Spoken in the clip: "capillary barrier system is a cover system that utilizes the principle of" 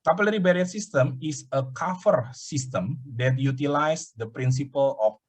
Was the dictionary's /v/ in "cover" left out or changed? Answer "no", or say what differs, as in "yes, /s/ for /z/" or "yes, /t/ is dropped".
yes, /f/ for /v/